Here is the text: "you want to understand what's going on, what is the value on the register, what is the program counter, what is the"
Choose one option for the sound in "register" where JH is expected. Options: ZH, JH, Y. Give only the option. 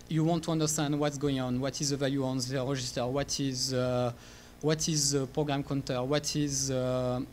ZH